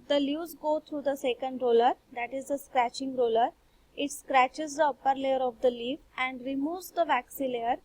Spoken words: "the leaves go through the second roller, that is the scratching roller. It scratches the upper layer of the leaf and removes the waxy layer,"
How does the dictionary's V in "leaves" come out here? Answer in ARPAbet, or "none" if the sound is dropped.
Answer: none